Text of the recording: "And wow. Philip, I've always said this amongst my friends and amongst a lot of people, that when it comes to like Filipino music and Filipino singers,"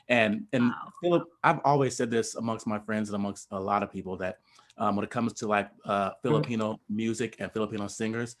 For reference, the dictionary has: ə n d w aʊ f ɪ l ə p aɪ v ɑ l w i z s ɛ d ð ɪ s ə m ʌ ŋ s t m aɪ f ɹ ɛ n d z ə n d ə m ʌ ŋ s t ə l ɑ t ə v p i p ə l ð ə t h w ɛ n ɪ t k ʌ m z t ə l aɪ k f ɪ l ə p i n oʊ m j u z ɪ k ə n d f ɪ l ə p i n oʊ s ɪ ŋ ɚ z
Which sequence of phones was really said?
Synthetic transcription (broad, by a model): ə n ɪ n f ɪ l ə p aɪ v ɑ l w i z s ɛ d ð ɪ s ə m ʌ ŋ s t m aɪ f ɹ ɛ n d z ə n ə m ʌ ŋ s t ə l ɑ t ə v p i p l ð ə t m w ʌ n ɪ t k ʌ m z t ə l aɪ k f ɪ l ə p i n oʊ m j u z ɪ k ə n f ɪ l ə p i n oʊ s ɪ ŋ ɚ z